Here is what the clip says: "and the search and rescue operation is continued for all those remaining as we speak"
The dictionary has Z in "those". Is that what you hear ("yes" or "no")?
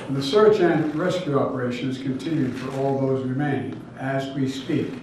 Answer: yes